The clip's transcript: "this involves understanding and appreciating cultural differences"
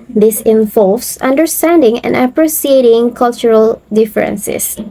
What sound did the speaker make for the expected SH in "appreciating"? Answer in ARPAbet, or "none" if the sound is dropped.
S